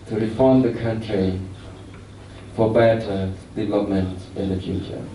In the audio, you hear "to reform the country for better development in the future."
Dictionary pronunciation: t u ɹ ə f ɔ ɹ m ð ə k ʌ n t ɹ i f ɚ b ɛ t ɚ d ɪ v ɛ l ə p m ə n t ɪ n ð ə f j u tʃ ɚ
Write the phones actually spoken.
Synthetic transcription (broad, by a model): t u ɹ ə f ɔ ɹ m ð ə k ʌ n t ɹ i f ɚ b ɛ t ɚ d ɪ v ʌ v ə m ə n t ɪ n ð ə f j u tʃ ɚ